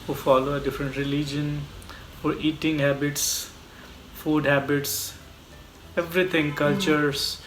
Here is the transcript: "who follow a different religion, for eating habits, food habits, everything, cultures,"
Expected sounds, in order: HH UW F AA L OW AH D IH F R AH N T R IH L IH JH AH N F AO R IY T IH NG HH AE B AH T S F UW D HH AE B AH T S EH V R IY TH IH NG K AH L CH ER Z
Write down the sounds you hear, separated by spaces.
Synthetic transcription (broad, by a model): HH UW F AA L OW AH D IH F R AH N T R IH L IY JH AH N F AO R IY T IH NG HH AE B AH T S F UW D HH AE B AH T S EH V R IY T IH NG K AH L CH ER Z